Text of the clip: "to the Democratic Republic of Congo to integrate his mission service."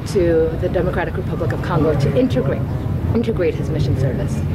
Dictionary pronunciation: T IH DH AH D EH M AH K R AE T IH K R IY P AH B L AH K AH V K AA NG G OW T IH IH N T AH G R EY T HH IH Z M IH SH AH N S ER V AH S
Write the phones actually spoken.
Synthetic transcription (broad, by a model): T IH DH AH D EH M AH K R AE T IH K R IY P AH B L AH K AH V K AA NG G OW T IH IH N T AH G R EY T HH IH Z M IH SH N S ER V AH S